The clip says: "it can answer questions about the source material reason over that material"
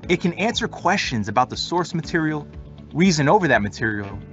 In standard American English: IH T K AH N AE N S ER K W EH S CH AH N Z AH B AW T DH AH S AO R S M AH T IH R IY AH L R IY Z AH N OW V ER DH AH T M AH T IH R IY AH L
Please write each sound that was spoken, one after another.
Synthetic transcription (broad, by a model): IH T K AH N AE N S ER K W EH S CH AH N Z AH B AW T DH AH S AO R S M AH T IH R IY L R IY Z AH N OW V ER DH AH T M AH T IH R IY L